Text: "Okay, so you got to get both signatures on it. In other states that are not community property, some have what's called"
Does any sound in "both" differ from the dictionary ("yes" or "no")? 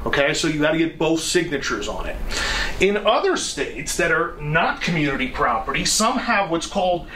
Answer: no